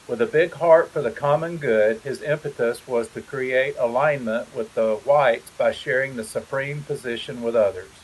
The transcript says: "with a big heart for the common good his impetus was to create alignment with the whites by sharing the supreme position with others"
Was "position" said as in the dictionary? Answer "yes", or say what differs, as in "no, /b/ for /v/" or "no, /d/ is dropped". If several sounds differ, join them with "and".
yes